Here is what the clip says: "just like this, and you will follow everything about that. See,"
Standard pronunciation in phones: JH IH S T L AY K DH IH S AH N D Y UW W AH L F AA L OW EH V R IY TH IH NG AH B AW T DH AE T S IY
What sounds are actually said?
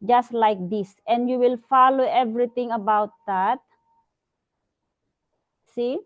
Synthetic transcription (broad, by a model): JH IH S T L AY K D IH S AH N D Y UW W AH L F AA L OW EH V R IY T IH NG AH B AW T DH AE T S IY